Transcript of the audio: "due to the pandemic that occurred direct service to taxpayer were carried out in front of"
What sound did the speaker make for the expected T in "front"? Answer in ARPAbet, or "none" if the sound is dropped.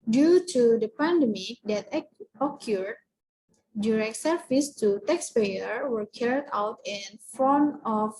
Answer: none